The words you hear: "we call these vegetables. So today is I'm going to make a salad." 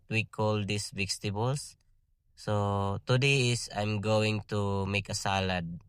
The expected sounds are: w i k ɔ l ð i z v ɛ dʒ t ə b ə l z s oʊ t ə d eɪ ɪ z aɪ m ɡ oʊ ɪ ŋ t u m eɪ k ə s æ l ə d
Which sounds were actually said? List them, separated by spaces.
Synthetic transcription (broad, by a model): w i k ɔ l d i s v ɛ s t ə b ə l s s oʊ t ə d eɪ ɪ s aɪ m ɡ oʊ ɪ ŋ t u m eɪ k ə s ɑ l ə d